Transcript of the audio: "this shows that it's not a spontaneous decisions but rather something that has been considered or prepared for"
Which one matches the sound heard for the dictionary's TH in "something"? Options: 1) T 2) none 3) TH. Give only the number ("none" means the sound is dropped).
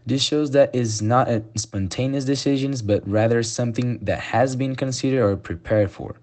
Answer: 3